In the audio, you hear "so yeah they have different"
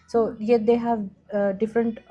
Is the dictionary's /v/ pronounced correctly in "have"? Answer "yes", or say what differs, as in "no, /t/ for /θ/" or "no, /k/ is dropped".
yes